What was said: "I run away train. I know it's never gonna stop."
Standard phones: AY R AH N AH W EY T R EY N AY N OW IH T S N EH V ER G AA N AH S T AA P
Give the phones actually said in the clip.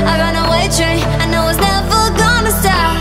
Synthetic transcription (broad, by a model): AY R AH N AH W EY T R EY IH N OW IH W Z N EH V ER G AA N AH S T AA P